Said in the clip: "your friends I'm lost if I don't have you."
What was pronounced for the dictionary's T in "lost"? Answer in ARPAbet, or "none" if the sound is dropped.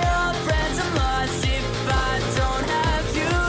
none